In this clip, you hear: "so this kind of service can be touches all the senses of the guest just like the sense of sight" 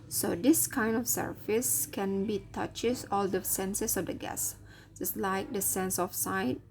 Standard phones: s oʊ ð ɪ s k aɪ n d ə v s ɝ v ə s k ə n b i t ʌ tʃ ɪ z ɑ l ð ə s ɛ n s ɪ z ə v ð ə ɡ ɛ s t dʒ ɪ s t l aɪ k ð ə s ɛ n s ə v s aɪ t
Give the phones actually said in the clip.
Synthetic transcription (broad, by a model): s oʊ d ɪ s k aɪ n d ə f s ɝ f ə s k ə n b i t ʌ tʃ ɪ s ɑ l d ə s ɛ n s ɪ s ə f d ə ɡ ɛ s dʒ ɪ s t l aɪ k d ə s ɛ n s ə f s aɪ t